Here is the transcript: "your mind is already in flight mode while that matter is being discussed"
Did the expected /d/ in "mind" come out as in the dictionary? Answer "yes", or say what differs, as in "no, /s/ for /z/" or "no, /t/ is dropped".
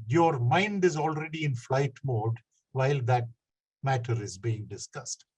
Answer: yes